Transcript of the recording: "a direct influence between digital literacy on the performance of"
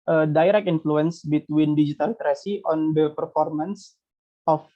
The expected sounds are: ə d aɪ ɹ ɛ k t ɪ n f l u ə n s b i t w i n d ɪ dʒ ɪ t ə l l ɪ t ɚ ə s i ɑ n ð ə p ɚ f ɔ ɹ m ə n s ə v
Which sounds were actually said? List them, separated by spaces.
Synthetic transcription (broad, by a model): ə d aɪ ɹ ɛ k ɪ n f l u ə n s b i t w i n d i dʒ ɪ t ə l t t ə s i ɑ n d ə p ɚ f ɔ ɹ m ə n s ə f